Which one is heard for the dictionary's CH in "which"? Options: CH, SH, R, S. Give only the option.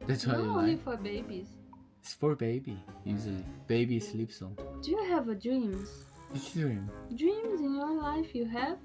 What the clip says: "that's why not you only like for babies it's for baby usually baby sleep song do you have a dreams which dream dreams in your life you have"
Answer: S